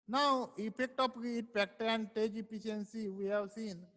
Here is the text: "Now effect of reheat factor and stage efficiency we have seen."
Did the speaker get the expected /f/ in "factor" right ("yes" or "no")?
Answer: no